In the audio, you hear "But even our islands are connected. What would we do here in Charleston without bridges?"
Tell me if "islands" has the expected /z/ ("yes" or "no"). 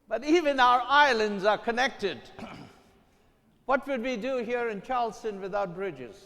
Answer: yes